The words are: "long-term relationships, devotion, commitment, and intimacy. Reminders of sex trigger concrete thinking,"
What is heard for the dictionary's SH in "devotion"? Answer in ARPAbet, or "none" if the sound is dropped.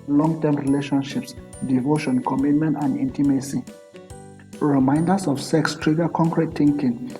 SH